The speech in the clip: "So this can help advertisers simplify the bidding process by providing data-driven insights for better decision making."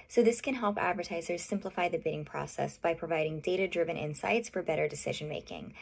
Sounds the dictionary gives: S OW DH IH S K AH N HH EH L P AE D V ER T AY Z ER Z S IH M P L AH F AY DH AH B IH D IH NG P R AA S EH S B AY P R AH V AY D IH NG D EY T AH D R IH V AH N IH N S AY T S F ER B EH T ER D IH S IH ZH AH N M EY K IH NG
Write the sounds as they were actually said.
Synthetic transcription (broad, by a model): S OW DH IH S K AH N HH EH L P AE D V ER T AY Z ER Z S IH M P L AH F AY DH AH B IH D IH NG P R AA S EH S B AY P R AH V AY D IH NG D EY T AH D R IH V AH N IH N S AY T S F ER B EH T ER D IH S IH ZH AH N M EY K IH NG